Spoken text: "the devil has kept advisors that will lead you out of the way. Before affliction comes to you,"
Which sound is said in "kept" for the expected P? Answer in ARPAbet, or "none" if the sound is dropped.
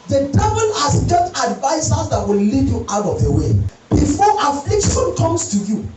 none